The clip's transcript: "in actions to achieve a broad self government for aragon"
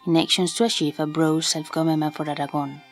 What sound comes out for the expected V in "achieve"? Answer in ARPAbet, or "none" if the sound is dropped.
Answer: F